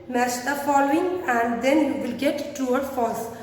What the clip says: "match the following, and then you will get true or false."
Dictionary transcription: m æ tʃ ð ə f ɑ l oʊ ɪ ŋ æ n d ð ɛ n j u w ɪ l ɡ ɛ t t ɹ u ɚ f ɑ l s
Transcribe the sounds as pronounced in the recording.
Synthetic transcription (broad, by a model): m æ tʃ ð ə f ɑ l oʊ ɪ ŋ æ n d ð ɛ n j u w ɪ l ɡ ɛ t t u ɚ f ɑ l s